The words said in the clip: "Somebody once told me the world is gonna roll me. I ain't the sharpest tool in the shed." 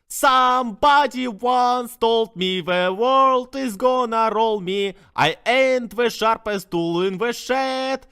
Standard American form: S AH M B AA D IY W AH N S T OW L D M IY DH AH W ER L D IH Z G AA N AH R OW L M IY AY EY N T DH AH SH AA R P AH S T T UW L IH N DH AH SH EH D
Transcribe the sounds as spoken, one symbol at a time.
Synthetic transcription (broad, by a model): S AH M B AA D IY W AH N S T OW L D M IY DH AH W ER L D IH Z G AA N AH R OW L M IY AY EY N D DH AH SH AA R P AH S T T UW L IH N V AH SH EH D